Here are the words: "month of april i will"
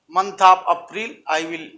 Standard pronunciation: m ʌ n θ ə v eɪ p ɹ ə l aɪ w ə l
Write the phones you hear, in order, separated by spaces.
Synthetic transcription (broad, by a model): m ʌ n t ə p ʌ p ɹ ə l aɪ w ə l